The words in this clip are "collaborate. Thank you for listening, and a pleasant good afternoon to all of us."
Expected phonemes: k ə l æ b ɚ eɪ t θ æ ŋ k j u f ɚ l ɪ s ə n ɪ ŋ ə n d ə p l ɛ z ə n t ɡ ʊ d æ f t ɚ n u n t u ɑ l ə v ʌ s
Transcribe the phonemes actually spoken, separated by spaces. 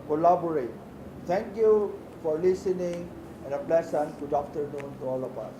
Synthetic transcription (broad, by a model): k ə l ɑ b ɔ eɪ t t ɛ ŋ k j u f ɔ l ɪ s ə n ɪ ŋ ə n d ə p l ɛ s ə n ɡ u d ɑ f t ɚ n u n t u ɑ l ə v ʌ s